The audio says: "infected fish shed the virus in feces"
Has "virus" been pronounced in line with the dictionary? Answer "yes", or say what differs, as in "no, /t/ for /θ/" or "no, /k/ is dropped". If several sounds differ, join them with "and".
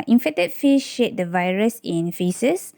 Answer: yes